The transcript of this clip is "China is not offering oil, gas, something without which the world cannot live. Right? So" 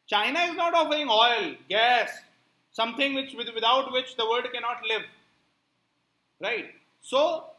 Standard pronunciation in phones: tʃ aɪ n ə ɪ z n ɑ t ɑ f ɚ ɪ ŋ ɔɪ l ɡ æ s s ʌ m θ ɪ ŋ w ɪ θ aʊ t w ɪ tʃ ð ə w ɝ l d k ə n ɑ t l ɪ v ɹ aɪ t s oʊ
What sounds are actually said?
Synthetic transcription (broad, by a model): tʃ aɪ n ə ɪ z n ɑ t ɑ f ɚ ɪ ŋ ɔɪ l ɡ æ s s ʌ m t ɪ ŋ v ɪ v aʊ t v ɪ tʃ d ə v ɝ d k ə n ɑ t l ɪ v ɹ aɪ t s oʊ